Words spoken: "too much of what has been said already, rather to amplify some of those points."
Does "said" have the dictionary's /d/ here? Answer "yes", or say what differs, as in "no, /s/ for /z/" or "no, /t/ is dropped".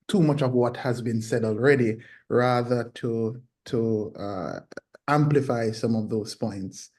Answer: yes